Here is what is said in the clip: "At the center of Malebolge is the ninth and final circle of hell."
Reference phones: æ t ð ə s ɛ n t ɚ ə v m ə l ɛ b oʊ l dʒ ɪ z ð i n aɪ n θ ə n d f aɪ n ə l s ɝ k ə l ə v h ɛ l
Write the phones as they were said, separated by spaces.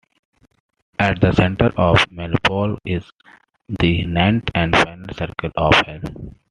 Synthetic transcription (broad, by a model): æ t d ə s ɛ n t ɚ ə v m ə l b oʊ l ɪ z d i n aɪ n t ə n d f aɪ n ə l s ɝ k ə l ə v h ɛ l